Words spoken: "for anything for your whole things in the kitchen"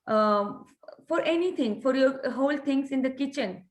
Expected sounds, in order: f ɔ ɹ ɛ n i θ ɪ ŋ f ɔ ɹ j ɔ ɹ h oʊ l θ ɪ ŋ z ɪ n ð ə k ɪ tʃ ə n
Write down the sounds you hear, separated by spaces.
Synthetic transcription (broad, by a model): f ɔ ɹ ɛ n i t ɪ ŋ f ɔ ɹ j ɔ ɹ h oʊ l t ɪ ŋ s ɪ n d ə k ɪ tʃ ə n